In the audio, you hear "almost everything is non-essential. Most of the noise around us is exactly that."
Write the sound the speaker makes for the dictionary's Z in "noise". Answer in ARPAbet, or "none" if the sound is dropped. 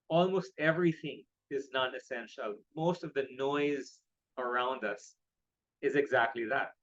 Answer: Z